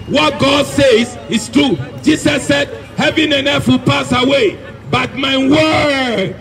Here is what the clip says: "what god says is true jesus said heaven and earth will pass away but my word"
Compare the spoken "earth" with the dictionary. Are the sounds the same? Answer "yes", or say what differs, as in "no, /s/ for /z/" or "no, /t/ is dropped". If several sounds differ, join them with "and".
no, /f/ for /θ/